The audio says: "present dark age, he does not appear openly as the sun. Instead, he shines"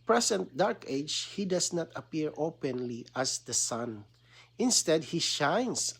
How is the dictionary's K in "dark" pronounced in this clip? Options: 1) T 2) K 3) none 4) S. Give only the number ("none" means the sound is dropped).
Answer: 2